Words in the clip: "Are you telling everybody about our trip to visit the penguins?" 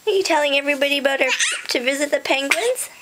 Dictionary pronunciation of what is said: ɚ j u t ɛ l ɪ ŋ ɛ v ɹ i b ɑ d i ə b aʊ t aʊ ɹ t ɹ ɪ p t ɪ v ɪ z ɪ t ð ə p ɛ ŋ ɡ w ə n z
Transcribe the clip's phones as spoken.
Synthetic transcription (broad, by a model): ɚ j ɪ t ɛ l ɪ ŋ ɛ v ɹ i b ɑ d i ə ʌ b aʊ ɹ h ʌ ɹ t ɪ v ɪ z ɪ t ð ə p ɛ ŋ ɡ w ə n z